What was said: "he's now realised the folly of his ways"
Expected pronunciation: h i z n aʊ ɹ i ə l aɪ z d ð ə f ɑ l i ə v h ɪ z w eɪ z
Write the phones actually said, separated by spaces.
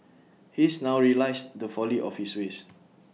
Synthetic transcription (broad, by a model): h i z n aʊ ɹ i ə l aɪ s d ə f ɑ l i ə f h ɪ s w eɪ s